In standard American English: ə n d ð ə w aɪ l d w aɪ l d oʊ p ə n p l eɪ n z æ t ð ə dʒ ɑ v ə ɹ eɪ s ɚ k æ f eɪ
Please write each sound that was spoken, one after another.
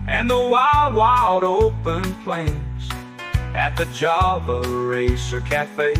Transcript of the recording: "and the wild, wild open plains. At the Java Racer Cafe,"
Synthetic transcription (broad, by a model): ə n ð ə w aɪ l d w aɪ l d oʊ p ə n p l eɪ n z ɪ t ð ə dʒ ɑ b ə ɹ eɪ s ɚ k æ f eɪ